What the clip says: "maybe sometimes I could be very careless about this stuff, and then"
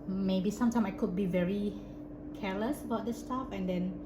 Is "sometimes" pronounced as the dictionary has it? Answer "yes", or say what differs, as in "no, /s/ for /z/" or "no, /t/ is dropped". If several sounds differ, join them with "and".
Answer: no, /z/ is dropped